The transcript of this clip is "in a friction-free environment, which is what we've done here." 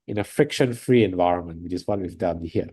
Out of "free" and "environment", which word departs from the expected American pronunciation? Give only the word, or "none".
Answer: none